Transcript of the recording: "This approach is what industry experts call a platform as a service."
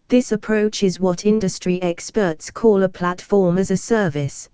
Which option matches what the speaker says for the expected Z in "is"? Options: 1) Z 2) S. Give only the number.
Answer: 1